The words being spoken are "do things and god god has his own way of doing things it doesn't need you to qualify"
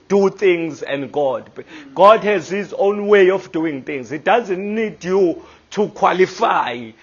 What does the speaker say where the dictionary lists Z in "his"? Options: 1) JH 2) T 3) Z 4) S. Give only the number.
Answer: 3